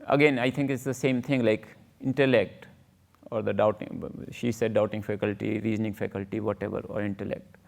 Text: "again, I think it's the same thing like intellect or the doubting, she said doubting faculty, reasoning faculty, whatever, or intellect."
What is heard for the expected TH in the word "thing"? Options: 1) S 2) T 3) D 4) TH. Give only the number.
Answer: 2